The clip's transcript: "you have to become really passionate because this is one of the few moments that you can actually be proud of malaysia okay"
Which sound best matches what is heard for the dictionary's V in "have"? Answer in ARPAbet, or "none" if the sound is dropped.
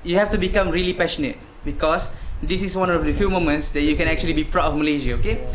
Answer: F